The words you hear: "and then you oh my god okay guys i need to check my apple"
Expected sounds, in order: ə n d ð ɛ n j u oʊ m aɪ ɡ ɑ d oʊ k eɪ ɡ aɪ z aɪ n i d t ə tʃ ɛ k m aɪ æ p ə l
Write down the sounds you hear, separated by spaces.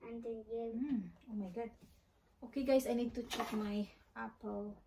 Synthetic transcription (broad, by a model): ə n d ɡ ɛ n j oʊ m aɪ ɡ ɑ d oʊ k eɪ ɡ aɪ s aɪ n i d t ə tʃ ɛ k m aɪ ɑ p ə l